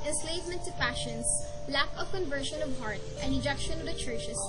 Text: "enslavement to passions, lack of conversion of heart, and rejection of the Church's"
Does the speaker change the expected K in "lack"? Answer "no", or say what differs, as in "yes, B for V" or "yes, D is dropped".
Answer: no